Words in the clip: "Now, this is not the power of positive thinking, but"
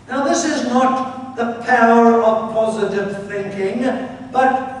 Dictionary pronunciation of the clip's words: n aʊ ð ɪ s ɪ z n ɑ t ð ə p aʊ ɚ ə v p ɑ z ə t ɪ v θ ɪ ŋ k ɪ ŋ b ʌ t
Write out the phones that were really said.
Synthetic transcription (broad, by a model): n aʊ ð ɪ s ɪ z n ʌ t ð ə p aʊ ɚ ə v p ɑ z ə t ɪ v θ ɪ ŋ k ɪ ŋ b ʌ t